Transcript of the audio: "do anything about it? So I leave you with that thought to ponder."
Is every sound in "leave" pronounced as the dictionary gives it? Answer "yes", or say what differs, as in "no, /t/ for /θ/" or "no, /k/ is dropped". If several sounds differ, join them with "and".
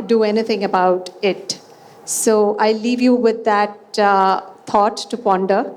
yes